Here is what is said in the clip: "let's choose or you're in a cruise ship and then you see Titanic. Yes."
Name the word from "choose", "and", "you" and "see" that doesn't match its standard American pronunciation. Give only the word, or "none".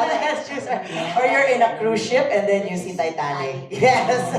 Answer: choose